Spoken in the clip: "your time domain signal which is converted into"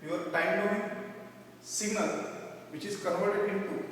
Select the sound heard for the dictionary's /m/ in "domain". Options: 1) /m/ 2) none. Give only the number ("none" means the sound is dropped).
2